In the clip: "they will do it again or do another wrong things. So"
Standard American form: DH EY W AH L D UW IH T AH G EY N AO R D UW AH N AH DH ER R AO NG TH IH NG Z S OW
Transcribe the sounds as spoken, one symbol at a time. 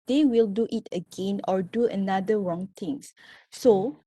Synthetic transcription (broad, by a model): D EY W AH L D UW IH T AH G EY N AO R D UW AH N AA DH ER R AO NG T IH NG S S OW